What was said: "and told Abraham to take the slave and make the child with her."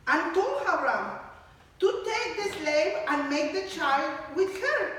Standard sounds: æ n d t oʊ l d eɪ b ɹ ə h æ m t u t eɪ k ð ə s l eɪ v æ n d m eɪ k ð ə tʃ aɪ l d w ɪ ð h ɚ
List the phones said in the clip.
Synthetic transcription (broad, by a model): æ n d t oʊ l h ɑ ɹ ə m t u t eɪ k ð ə s l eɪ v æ n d m eɪ k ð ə tʃ aɪ l d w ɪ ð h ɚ